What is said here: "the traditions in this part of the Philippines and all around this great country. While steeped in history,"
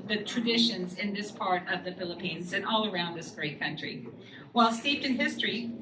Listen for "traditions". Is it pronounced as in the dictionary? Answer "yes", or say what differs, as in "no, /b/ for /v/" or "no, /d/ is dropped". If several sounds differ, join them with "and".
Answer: yes